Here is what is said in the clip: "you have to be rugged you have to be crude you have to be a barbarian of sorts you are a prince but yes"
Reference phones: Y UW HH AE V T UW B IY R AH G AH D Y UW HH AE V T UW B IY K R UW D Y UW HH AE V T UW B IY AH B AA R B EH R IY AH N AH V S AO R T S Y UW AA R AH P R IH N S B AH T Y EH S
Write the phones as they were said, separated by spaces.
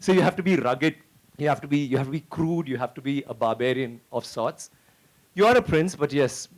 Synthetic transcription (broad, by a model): Y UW HH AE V T UW B IY R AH G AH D Y UW HH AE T T UW B IY K R UW D Y UW HH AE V T UW B IY AH B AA B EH R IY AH N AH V S AO T S Y UW AA R AH P R IH N S B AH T Y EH S